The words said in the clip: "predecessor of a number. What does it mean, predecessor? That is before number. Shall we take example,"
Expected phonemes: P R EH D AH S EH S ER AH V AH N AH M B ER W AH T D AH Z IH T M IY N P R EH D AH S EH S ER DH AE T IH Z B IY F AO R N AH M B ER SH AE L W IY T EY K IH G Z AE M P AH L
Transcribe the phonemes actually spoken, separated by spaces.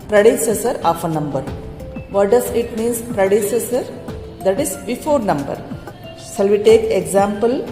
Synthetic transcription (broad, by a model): P R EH D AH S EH S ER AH F AH N AH M B ER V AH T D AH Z IH T M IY N P R EH D AH S EH S ER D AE T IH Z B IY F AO R N AH M B ER S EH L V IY T EY K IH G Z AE M P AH L